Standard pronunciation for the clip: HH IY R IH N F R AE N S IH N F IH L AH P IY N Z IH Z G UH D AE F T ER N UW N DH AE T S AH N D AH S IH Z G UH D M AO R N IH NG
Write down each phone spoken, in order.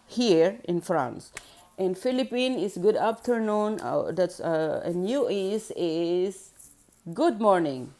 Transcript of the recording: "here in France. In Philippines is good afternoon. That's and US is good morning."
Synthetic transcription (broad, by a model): HH IY R IH N F R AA N S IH N F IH L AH P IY N IH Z G UH D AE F T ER N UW N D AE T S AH N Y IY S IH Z G UH D M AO R N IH NG